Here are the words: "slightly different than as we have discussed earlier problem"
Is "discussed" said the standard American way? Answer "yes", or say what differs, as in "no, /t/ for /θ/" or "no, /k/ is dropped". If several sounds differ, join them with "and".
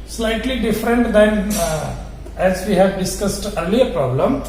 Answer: yes